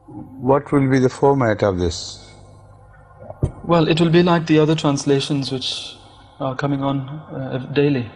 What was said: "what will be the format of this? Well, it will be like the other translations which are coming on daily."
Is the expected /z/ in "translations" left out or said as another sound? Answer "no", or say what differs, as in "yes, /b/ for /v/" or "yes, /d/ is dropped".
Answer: no